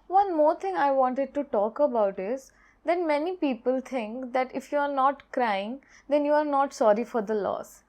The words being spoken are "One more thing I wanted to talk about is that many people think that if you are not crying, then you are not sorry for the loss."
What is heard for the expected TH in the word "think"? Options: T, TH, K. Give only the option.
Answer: T